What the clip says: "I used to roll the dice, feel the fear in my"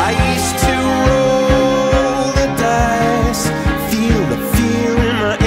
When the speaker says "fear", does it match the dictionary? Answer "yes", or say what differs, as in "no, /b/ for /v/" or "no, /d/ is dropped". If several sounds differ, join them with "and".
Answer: no, /l/ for /ɹ/